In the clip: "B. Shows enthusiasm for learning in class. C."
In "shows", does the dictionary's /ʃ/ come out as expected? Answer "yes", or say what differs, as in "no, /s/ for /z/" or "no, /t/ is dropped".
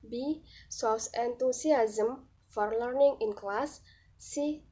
no, /s/ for /ʃ/